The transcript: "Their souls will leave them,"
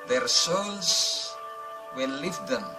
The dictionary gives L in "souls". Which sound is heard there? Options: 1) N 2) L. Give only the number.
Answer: 1